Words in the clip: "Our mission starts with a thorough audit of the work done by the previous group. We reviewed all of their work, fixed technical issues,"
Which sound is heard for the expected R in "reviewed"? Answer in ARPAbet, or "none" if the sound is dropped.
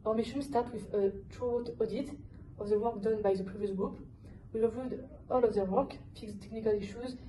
L